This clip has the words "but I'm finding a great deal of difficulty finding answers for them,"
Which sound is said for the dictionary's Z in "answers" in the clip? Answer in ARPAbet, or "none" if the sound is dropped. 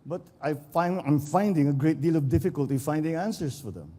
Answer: S